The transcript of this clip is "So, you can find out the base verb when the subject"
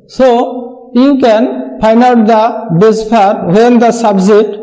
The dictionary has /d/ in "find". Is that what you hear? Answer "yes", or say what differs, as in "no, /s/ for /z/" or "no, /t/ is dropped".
no, /d/ is dropped